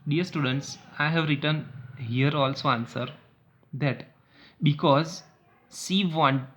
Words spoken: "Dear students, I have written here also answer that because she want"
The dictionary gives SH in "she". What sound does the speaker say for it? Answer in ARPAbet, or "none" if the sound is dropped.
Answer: S